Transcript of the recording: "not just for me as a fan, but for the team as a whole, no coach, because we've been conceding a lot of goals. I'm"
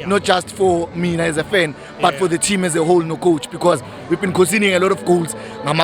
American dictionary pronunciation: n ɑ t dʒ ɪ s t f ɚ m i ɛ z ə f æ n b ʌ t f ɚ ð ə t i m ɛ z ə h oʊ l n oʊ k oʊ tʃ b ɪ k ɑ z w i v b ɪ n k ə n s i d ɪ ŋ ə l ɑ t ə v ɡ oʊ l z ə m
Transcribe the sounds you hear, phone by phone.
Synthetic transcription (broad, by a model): n ɑ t dʒ ɪ s t f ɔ m i ɛ z ə f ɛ n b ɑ t f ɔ ð ə t i m ɛ z ə h oʊ l n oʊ k oʊ tʃ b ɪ k ɑ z w i v b ɪ n k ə s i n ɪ ŋ ə l ɑ t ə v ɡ oʊ l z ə m